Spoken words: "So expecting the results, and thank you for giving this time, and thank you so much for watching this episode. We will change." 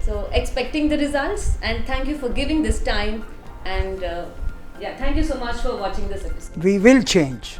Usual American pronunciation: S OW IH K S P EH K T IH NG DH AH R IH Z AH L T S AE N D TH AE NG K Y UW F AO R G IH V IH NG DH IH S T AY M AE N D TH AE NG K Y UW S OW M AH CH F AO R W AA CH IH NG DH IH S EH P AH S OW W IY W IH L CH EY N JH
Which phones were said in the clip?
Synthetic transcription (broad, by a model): S OW IH K S P EH K T IH NG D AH R IH Z AH L T S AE N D T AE NG K Y UW F AO R G IH V IH NG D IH S T AY M AE N D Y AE NG K Y UW S OW M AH CH F AO R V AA CH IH NG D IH S EH P AH S OW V IY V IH L CH EY N JH